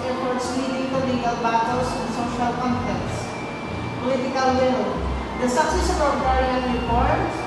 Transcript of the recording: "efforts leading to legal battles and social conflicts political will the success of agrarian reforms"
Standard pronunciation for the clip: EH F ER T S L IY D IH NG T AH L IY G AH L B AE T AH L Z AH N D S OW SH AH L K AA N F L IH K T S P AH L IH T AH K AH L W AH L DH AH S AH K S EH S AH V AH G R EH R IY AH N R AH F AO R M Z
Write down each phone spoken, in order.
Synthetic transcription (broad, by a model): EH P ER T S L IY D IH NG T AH L IY G AH L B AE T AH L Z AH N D S OW SH AH L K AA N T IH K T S P AH L IH T AH K AH L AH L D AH S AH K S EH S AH P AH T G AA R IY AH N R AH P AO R